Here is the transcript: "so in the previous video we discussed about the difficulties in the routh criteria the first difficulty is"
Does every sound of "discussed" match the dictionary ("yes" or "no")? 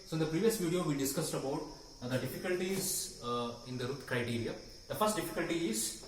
yes